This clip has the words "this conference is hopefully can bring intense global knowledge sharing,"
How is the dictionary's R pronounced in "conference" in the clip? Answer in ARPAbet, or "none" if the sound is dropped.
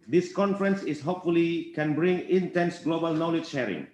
R